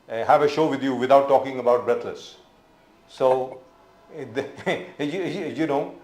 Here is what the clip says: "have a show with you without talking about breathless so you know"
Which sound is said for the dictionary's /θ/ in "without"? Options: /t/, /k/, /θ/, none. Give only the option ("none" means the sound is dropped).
/t/